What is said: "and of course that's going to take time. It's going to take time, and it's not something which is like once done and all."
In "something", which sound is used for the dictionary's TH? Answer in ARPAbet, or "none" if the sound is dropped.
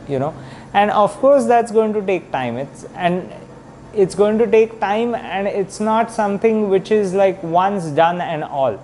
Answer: T